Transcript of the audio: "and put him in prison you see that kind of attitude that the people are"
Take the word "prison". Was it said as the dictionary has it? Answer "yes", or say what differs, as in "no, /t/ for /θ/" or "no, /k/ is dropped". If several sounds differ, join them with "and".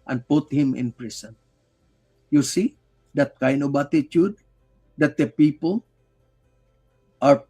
no, /s/ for /z/